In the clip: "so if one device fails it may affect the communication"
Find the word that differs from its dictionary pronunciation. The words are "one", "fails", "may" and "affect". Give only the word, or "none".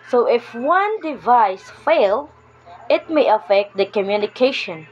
fails